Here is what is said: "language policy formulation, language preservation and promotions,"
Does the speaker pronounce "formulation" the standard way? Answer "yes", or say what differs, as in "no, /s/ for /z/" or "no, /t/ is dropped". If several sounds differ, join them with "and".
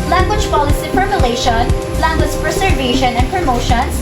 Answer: no, /p/ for /f/